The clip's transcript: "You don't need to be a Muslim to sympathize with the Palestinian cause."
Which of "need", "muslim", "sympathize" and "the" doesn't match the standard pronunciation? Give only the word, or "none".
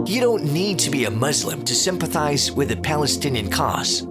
none